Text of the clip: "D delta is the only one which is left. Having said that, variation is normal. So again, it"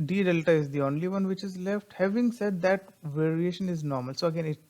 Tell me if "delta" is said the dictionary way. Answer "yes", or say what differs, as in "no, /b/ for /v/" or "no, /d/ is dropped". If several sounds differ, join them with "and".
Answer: yes